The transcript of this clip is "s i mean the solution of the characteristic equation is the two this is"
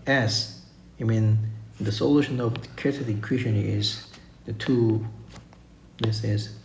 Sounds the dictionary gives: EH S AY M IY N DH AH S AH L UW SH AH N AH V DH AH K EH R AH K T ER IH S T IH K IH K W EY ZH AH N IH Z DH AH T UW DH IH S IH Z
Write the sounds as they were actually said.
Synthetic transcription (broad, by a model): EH S AY M IY N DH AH S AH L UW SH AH N AH V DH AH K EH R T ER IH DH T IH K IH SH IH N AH IH Z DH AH T UW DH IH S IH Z